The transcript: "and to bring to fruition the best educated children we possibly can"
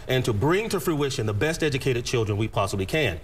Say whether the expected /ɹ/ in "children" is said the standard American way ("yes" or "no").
yes